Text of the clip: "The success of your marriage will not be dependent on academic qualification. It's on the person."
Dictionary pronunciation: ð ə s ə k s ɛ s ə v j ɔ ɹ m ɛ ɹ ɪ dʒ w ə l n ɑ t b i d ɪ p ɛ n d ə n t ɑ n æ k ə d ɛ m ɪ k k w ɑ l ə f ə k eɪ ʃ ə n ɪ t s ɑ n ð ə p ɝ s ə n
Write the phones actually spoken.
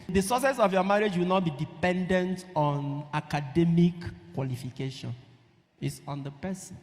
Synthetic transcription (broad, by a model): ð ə s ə s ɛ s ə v j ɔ m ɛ ɹ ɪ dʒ w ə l n ɑ t b i d ɪ p ɛ n d ə n t ɑ n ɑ k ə d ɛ m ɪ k k w ɑ l ə f ə k eɪ ʃ ə n ɪ t s ɑ n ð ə p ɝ s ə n